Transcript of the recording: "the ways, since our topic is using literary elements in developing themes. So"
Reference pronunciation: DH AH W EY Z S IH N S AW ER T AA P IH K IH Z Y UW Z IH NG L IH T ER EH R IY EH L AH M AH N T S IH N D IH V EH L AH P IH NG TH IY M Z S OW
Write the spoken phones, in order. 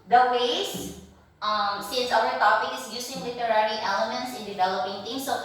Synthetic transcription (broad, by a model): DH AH W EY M S IH N S AW ER T AA P IH K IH S Y UW S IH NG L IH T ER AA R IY EH L AH M AH N T S IH N D IH V EH L AH P IH NG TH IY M S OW